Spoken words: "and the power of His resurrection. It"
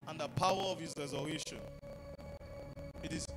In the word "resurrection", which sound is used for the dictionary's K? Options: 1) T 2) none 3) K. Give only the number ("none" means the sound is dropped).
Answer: 2